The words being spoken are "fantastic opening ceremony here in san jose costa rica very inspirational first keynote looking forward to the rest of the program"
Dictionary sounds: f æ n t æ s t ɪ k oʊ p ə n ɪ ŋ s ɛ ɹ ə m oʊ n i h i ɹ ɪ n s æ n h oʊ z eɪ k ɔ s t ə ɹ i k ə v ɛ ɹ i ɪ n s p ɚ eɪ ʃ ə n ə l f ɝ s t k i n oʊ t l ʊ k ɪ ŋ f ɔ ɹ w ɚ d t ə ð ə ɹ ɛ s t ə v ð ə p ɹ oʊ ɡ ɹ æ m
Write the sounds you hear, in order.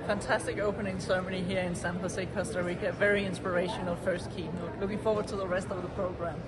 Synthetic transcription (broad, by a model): f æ n t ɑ s t ɪ k oʊ p ə n ɪ ŋ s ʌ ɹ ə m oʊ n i h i ɹ ɪ n s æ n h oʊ s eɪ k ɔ s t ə w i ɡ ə v ɛ ɹ i ɪ n s p ɚ eɪ ʃ ə n ə l f ɝ s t k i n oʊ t l ʊ k ɪ ŋ f ɔ ɹ w ɚ d t ə ð ə ɹ ɛ s t ə v ð ə p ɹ oʊ ɡ ɹ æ m